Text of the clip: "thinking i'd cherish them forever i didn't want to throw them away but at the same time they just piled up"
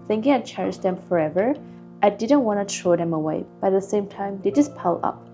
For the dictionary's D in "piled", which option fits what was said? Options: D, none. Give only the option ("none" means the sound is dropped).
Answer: none